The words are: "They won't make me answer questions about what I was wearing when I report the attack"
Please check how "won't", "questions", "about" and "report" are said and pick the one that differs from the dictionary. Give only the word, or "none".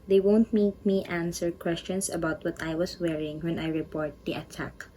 questions